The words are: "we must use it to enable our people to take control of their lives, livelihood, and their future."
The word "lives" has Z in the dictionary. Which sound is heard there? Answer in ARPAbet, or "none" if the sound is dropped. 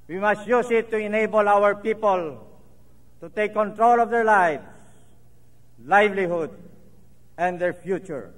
S